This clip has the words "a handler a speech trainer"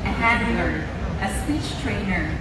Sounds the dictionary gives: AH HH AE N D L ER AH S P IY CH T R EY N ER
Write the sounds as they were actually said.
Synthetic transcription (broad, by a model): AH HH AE D ER AH S P IY CH T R EY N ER